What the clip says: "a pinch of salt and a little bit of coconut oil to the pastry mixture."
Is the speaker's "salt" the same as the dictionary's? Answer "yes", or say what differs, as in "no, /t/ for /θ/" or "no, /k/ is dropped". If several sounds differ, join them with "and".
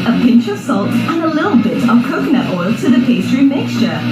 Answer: yes